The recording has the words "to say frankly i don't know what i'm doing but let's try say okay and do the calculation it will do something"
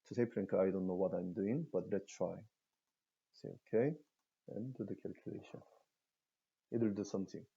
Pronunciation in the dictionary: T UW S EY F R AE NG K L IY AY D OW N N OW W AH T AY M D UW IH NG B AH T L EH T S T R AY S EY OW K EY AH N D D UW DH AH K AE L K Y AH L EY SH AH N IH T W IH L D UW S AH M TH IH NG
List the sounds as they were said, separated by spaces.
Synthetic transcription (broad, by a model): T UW S EY P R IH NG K IY AY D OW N N OW W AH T AY M D UW IH NG B AH T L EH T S T R AY S EY OW K EY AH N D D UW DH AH K AE L K Y AH L EY SH AH N IH T W IH L D UW S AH M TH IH NG